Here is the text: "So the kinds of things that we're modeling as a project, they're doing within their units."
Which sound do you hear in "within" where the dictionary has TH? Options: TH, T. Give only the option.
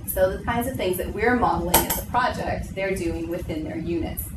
TH